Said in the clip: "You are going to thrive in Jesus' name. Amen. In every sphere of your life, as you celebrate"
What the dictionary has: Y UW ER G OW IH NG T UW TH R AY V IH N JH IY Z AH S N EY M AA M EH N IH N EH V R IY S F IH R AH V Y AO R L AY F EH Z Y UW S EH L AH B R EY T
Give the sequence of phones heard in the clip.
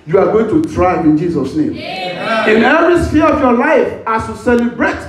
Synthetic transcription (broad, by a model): Y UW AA G OW IH NG T UW T R AY IH N JH IY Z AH S N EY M M IH N EH V R IY S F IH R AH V Y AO L AY F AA S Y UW S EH L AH B R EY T